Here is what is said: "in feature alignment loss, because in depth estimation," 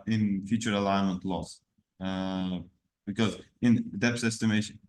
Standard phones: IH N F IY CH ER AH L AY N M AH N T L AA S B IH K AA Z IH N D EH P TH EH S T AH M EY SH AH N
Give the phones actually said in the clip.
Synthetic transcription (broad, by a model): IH N F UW CH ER AH L AY N M AH N T L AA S B IH K AA Z IH N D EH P S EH S T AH M EY SH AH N